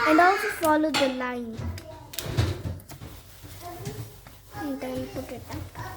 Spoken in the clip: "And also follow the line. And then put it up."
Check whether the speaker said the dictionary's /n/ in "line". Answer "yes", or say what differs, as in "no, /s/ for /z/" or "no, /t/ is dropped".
no, /n/ is dropped